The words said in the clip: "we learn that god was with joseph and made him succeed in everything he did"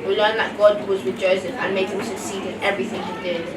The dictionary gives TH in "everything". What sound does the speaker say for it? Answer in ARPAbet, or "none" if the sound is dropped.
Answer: TH